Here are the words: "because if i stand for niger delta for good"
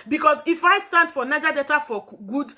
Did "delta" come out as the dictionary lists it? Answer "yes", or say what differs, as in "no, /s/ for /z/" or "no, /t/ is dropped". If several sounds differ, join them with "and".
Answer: no, /l/ is dropped